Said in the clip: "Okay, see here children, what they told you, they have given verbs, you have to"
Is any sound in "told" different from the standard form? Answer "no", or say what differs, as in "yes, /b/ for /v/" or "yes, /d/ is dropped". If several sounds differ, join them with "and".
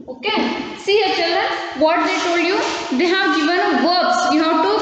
no